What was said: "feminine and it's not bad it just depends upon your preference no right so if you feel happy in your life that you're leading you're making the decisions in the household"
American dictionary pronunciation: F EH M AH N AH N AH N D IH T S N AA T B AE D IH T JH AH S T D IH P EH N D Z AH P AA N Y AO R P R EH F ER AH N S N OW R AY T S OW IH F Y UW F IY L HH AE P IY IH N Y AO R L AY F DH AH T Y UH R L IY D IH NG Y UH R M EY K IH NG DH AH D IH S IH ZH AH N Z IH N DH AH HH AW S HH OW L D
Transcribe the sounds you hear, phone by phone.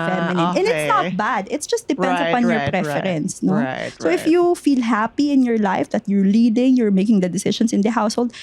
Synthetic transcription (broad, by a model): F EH M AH N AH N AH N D IH T S N AA T B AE D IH T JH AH S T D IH P EH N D S AH P AA N Y AO R P R EH F ER AH N S N OW S OW IH F Y UW F IY L HH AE P IY IH N Y AO R L AY F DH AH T Y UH R L IY D IH NG Y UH R M EY K IH NG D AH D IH S IH SH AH N S IH N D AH HH AW S HH OW L D